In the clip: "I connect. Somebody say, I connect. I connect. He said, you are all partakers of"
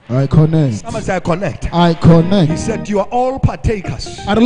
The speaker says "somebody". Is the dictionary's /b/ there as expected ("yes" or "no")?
no